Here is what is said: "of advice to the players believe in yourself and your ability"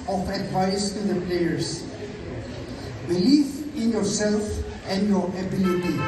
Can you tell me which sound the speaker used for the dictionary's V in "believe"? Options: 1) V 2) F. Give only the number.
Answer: 2